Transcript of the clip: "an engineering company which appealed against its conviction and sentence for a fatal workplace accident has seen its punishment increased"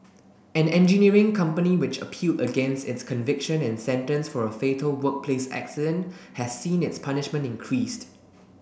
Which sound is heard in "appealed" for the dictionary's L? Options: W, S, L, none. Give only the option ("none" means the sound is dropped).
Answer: L